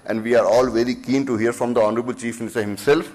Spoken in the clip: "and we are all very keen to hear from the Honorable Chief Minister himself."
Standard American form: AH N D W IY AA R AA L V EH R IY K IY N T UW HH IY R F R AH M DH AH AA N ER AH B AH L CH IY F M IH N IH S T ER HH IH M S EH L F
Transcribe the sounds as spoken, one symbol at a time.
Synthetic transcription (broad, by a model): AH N D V IY AA R AA L V EH R IY K IY N T UW HH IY R F R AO M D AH AA N ER AH B AH L CH IY F M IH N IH S T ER HH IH M S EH L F